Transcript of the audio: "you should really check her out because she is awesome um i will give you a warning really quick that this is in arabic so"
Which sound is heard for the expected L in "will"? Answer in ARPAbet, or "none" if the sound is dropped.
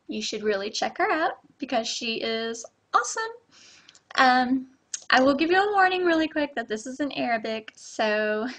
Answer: L